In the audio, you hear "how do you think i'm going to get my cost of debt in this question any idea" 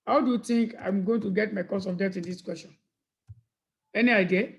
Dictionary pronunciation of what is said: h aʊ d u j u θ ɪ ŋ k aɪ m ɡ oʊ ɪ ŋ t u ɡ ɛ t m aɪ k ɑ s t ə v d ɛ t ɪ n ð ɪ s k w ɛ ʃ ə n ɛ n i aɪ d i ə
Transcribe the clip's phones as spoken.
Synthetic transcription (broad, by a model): h aʊ d u j u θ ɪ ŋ k aɪ m ɡ oʊ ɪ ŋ t u ɡ ɛ t m aɪ k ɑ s ə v d ɛ t ɪ n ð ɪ s k w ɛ s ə n ɛ n i aɪ d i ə